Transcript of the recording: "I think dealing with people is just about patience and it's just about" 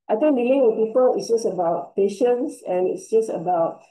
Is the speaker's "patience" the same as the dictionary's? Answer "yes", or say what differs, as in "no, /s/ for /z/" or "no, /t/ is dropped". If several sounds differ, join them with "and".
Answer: yes